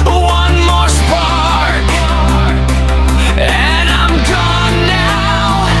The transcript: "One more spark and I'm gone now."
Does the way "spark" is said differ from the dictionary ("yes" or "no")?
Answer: yes